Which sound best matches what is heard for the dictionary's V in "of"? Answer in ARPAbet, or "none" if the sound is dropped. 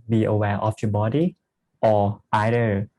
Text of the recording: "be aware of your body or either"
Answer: F